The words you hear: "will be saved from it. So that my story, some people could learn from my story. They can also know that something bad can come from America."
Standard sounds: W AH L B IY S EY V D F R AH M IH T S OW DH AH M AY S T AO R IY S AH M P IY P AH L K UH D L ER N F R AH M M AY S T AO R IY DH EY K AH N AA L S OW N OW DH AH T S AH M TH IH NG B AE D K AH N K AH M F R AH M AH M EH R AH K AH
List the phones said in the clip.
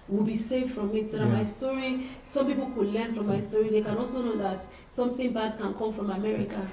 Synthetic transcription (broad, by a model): W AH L B IY S EY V F R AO M IH T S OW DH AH M AY S T AO R IY S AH M P IY P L K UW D L ER N F R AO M M AY S T AO R IY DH EY K AH N AA L S OW N OW DH AH T S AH M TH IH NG B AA D K AH N K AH M F R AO M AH M EH R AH K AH